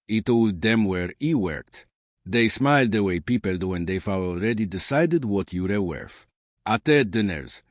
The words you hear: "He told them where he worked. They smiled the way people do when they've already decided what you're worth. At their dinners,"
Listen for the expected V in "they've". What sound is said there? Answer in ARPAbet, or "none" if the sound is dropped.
F